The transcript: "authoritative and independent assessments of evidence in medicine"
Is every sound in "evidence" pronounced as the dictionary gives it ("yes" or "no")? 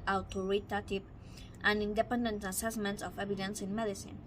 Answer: no